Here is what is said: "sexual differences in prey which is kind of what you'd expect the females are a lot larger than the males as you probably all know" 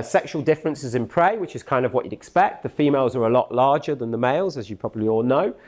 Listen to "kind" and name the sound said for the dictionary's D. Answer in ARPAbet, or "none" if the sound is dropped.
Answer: D